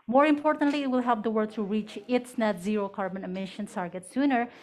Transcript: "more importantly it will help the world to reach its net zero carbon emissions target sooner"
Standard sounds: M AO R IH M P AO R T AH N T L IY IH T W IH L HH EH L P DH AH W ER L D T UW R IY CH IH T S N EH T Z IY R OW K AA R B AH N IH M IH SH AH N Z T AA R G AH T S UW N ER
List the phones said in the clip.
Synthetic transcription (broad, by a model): M AO R IH M P AO R T AH N T L IY IH T W IH L HH EH L P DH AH W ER D T UW R IY CH IH T S N EH T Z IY R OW K AA R B AH N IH M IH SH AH N T AA R G AH T S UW N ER